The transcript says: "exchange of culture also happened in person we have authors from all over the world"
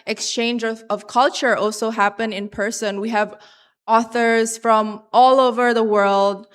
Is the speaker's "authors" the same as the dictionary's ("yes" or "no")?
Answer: yes